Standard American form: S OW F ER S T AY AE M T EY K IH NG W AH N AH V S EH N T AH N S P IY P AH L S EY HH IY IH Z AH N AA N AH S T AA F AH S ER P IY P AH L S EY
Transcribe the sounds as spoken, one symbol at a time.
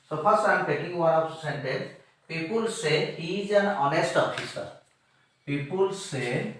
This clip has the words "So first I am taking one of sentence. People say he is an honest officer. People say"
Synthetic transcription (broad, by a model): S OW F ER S AY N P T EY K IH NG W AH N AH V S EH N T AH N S P IY P AH L S EY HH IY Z AH N AA N AH S T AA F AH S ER P IY P AH L S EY